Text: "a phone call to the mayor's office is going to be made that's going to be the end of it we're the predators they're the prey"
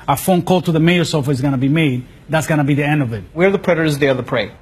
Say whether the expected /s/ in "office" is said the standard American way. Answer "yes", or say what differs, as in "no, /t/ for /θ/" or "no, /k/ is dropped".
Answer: no, /s/ is dropped